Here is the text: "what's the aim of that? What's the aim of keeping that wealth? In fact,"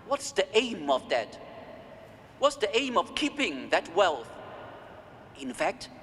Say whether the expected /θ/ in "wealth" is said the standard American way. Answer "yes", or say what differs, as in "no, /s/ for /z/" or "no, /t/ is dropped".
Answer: yes